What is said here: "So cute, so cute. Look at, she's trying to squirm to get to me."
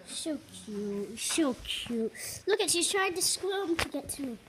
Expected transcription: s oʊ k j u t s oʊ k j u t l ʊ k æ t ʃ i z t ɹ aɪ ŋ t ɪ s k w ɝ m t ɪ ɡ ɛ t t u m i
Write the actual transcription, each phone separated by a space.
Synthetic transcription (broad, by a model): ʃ oʊ k j u t ʃ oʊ k j u t l ʊ k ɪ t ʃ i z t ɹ aɪ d t ɪ s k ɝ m t ɪ ɡ ɛ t t u